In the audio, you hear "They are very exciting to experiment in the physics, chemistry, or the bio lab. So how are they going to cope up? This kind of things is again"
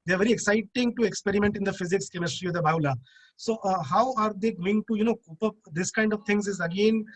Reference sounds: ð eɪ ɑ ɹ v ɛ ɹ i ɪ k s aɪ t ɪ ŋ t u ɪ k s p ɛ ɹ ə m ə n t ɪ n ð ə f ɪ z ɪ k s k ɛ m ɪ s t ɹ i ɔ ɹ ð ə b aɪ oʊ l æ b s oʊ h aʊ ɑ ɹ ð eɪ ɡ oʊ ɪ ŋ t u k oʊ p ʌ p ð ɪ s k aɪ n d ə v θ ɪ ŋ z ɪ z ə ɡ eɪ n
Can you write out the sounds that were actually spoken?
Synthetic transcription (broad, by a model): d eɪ ɑ ɹ v ɛ ɹ i ɪ k s aɪ t ɪ ŋ t u ɪ k s p ɛ ɹ ə m ə n t ɪ n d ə f ɪ z ɪ k s k ɛ m ɪ s t ɹ i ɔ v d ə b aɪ l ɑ s oʊ h aʊ ɑ ɹ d eɪ ɡ oʊ ɪ ŋ t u k oʊ p ʌ p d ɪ s k aɪ n d ə v t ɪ ŋ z ɪ z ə ɡ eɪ n